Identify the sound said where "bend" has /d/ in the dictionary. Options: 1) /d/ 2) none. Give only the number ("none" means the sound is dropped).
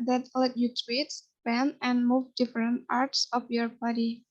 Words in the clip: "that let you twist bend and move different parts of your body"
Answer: 2